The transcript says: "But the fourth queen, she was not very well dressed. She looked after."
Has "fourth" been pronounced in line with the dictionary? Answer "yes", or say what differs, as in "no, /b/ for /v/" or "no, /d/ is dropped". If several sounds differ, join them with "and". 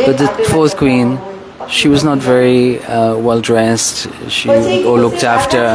yes